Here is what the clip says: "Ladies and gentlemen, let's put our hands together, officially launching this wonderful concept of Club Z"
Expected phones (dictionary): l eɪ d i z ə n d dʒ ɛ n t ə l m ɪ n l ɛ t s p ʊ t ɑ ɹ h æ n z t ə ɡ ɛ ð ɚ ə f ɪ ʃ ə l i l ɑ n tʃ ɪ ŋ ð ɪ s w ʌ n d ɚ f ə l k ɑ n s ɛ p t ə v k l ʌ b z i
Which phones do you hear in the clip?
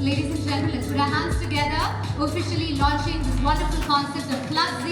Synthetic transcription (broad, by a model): l eɪ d i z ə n dʒ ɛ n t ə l ɪ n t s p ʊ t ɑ h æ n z t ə ɡ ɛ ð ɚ ə f ɪ ʃ ə l i l ɑ n tʃ ɪ ŋ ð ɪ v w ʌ n d ɚ f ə l k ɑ n s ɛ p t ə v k l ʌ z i